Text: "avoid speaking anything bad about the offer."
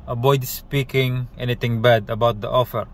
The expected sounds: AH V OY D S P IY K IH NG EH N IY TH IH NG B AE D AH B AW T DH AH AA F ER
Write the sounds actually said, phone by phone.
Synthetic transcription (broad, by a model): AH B OY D S P IY K IH NG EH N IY T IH NG B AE D AH B AW T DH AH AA F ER